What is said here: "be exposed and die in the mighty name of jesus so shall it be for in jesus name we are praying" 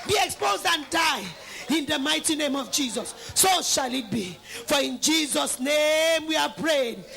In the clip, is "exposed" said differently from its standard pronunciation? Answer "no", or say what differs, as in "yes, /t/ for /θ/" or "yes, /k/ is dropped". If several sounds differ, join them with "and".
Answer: no